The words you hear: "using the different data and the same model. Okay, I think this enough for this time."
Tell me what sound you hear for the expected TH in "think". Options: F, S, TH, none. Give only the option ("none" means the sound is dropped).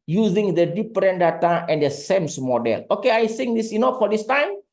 S